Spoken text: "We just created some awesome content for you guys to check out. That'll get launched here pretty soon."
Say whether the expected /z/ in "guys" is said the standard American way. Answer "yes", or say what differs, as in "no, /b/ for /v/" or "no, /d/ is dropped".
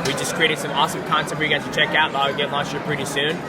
no, /z/ is dropped